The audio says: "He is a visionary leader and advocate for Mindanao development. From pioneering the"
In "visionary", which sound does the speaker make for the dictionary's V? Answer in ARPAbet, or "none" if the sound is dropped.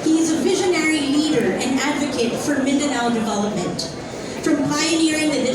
V